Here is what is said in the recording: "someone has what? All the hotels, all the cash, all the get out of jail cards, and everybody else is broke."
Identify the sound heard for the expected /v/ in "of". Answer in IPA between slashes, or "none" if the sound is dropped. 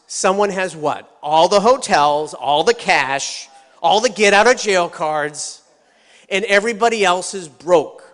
/v/